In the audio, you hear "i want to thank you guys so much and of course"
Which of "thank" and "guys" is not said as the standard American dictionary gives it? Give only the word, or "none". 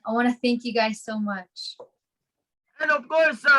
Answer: none